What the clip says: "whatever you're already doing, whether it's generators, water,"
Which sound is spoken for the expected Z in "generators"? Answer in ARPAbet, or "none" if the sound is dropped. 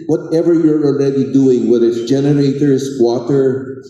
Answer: S